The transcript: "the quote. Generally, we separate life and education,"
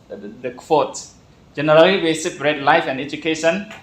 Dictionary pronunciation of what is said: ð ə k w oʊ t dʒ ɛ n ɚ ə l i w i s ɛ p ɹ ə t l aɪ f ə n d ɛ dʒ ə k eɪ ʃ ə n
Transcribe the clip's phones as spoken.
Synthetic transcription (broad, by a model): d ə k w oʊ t dʒ ɛ n ɚ ə l i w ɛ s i b ɹ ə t l aɪ f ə n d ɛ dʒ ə k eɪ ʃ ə n